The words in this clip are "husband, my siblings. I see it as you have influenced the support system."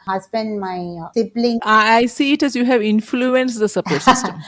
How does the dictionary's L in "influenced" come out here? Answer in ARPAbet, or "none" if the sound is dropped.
L